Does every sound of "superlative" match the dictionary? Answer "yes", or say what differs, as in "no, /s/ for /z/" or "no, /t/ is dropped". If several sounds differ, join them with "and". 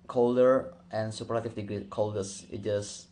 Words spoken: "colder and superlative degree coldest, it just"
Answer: no, /l/ is dropped